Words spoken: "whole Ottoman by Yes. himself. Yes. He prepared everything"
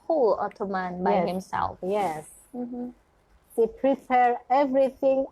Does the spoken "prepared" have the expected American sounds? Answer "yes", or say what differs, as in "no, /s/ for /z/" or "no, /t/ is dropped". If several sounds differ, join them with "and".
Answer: no, /d/ is dropped